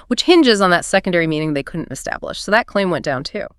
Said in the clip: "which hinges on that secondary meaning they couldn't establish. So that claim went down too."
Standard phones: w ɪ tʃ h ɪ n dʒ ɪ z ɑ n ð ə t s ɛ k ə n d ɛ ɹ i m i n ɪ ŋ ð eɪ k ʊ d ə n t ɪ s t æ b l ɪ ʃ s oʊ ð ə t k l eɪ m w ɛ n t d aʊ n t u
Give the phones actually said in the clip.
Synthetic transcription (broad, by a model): w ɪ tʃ h ɪ n dʒ ɪ z n ð ə t s ɛ k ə n d ɛ ɹ i m i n ɪ ŋ ð eɪ k ʊ d n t ɪ s t æ b l ɪ ʃ s oʊ ð ə t k l eɪ m w ɛ n d aʊ n t u